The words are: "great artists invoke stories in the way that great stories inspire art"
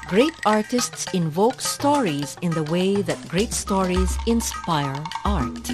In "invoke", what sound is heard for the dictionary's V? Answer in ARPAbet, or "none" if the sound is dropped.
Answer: V